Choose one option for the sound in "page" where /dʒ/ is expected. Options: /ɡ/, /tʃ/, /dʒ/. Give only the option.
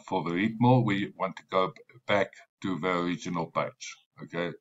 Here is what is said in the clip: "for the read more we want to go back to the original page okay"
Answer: /tʃ/